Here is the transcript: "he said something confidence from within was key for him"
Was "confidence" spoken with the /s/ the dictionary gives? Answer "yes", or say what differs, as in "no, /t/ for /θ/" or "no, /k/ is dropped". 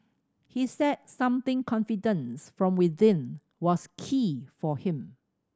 yes